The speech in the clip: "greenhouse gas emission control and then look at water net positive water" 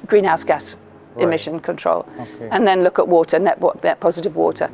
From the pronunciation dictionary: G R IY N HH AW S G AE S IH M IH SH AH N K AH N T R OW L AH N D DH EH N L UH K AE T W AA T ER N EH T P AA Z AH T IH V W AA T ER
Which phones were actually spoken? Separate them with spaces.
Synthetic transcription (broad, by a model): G R IY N HH AW S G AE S IH M IH SH AH N K AH N T R OW L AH N DH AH N L UH K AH T W AA T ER N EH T P AA Z AH T IH V W AA T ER